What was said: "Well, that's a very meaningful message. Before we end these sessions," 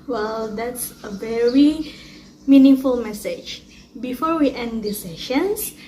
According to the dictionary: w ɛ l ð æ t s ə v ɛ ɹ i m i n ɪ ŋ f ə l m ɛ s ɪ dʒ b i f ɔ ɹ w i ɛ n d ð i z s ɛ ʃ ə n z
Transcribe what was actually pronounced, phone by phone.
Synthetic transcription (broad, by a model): w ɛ l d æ t s ə v ɛ ɹ i m i n ɪ ŋ f ə l m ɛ s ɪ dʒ b i f ɔ ɹ w i ɛ n d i s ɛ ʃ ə n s